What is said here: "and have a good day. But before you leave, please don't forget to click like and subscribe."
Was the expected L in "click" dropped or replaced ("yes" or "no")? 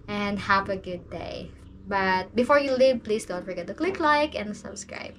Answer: no